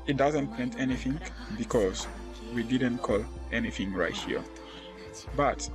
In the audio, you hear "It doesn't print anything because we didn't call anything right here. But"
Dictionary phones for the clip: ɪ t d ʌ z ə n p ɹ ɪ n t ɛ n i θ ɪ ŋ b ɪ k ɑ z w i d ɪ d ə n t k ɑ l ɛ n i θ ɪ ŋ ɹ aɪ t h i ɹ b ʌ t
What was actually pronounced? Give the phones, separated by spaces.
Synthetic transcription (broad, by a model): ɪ t d ʌ z ə n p ɛ n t ɛ n i θ ɪ ŋ b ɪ k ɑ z w i d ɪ d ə n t k ɑ l ɛ n i θ ɪ ŋ ɹ aɪ t h i ɹ b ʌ t